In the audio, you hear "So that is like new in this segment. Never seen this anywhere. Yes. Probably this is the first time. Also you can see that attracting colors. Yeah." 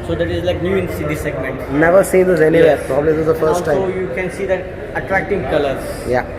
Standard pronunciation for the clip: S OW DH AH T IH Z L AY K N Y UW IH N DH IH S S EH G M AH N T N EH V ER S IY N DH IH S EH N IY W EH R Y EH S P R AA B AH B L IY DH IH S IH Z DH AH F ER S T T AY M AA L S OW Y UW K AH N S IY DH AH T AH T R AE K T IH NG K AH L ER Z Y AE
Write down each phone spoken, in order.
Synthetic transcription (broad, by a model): S OW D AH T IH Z L AY K N Y UW IH N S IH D S EH G M AH N T N EH V ER S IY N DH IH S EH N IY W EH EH P R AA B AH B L IY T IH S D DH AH F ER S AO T AY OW Y UW K AH N S IY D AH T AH T R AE K T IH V K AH L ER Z Y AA